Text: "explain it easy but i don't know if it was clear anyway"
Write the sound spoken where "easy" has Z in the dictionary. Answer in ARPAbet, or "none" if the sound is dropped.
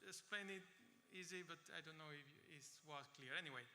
Z